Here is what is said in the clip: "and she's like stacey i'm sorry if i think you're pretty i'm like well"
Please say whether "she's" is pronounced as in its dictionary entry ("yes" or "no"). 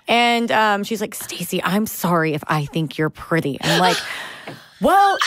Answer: yes